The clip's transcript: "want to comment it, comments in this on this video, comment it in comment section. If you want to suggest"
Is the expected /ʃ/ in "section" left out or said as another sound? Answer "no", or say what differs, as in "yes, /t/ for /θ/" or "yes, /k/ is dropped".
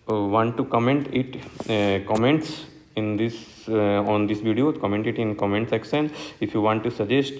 yes, /s/ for /ʃ/